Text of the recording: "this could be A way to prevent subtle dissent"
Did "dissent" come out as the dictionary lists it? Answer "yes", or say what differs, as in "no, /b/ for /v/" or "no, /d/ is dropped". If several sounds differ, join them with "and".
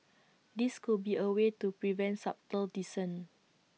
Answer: no, /t/ is dropped